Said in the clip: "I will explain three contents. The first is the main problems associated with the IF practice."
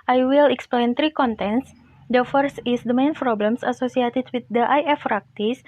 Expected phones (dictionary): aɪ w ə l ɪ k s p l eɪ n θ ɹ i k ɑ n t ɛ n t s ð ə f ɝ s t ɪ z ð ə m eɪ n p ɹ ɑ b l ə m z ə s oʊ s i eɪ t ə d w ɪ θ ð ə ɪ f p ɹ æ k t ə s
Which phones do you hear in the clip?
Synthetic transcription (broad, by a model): aɪ w ə l ɪ k s p l eɪ n t ɹ i k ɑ n t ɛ n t s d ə f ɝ s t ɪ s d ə m eɪ n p ɹ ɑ b l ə m s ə s oʊ s i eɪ t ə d w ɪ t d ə ɪ f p ɹ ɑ k t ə s